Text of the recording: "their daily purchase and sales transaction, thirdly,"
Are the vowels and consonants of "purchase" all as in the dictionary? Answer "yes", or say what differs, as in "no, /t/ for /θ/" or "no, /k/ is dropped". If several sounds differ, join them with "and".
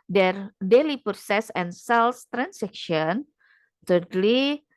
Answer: no, /s/ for /tʃ/